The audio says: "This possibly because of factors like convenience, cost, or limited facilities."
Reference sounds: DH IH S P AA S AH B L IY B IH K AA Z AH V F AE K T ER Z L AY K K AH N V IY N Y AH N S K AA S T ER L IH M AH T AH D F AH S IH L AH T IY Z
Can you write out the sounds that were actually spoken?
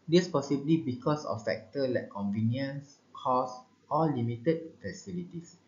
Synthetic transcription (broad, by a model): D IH S P AA S AH B L IY B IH K AA S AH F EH K T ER L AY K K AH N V IY N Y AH N S K AA S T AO L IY M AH T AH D F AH S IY L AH T IY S